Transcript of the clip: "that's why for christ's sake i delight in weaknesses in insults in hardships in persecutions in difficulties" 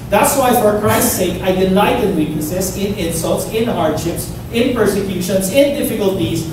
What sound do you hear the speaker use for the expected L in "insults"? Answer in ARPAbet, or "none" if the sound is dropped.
L